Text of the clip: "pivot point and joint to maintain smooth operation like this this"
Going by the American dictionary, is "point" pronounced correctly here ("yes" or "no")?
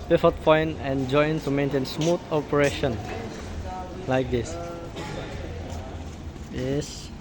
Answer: no